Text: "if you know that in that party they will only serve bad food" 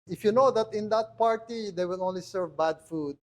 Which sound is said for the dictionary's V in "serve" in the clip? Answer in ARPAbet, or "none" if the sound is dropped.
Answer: V